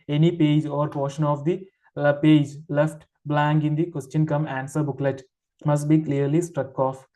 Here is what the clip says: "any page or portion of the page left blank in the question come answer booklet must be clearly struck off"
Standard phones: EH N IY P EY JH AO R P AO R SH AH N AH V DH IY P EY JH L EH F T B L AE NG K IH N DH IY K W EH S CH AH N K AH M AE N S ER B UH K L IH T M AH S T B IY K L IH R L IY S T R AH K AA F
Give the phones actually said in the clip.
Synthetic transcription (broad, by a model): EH N IY P EY JH AO R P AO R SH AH N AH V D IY P EY JH L EH F T B L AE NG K IH N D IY K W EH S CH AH N K AH M AE N S ER B UH K L IH T M AH S T B IY K L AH R L IY S T R AH K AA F